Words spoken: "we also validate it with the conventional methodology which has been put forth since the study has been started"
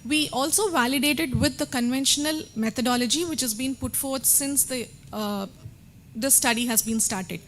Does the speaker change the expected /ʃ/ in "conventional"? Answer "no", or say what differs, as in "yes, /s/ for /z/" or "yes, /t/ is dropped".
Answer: no